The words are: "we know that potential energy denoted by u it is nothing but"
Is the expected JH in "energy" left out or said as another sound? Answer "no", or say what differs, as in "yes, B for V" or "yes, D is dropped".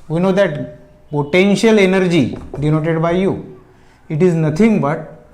no